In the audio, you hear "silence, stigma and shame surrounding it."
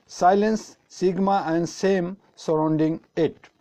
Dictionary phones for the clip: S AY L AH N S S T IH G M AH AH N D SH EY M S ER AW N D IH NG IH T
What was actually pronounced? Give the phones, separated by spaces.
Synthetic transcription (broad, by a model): S AY L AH N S S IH G M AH AH N D S EY M S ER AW N D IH NG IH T